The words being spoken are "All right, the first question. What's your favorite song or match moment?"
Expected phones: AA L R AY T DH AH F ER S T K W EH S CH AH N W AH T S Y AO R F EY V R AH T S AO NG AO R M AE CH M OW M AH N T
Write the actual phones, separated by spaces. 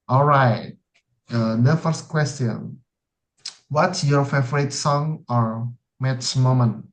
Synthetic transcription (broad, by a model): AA L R AY T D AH F ER S T K W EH S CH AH N W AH T S Y AO R F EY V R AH T S AO NG AO R M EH S M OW M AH N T